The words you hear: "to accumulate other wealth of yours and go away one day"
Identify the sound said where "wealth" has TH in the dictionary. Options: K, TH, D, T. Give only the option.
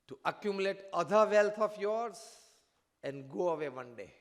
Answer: T